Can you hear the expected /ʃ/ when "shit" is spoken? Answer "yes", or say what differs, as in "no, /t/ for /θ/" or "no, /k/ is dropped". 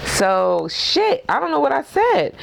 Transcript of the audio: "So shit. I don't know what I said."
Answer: yes